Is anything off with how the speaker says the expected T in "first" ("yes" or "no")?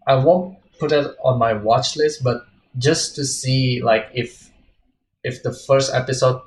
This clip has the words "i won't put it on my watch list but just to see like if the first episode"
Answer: no